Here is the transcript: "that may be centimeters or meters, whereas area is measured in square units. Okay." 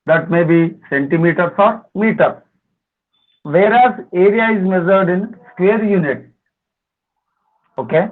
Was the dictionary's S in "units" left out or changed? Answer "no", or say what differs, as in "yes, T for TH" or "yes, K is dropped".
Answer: yes, S is dropped